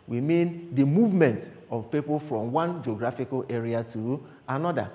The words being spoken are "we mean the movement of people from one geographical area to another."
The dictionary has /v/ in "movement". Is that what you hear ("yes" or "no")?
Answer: yes